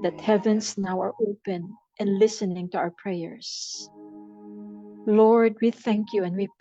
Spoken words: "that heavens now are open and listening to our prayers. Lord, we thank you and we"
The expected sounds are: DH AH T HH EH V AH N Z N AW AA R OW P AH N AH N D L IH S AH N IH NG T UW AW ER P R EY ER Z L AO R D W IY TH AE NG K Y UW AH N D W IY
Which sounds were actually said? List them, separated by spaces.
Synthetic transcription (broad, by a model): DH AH T HH EH V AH N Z N AW AA R OW P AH N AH N L IH S AH N IH NG T UW AW ER P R EY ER S L AO R D W IY TH AE NG K Y UW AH N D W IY